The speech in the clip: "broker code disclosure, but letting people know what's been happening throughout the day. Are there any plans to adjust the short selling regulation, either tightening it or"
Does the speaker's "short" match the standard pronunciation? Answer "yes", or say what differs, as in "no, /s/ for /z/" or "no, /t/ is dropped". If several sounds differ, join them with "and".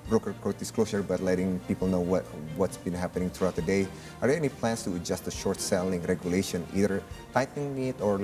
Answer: yes